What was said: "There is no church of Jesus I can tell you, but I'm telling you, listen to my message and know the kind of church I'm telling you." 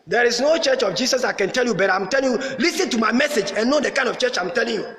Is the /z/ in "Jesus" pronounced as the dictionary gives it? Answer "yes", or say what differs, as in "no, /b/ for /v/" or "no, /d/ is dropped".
no, /s/ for /z/